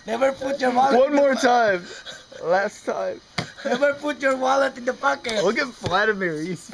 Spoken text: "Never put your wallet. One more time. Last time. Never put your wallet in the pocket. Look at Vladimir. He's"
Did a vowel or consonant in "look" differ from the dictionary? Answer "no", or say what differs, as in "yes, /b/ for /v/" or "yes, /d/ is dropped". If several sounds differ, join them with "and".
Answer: yes, /w/ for /l/